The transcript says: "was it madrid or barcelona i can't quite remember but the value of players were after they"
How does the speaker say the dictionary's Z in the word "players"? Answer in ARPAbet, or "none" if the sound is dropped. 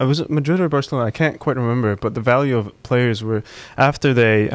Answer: Z